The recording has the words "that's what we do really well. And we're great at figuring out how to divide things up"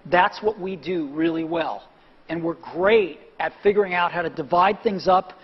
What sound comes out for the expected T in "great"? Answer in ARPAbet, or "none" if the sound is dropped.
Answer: T